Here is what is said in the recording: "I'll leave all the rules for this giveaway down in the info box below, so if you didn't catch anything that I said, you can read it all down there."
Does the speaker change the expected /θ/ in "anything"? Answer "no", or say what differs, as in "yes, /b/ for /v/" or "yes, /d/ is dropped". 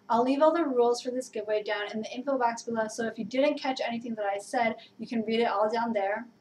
no